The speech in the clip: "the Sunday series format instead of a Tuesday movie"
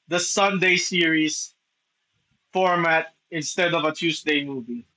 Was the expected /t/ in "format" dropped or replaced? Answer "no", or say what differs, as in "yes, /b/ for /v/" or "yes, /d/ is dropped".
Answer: no